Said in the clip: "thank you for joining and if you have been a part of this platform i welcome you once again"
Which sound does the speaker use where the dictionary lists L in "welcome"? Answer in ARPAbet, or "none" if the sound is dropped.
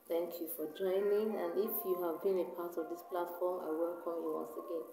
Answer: L